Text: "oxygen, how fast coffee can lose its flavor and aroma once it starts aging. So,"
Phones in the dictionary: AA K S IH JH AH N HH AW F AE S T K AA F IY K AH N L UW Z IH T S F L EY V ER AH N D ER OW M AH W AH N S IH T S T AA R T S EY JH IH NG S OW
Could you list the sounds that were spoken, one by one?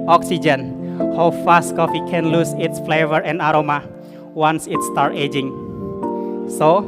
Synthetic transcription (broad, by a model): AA K S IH JH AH N HH AW F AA S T K AA F IY K AH N L UW S IH T S F L EY V ER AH N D OW M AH W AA N S IH T S T AA R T EY JH IH NG S OW